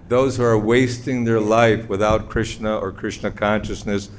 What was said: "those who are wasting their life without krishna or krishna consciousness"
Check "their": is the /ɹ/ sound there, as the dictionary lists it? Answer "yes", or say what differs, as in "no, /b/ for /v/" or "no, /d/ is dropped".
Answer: yes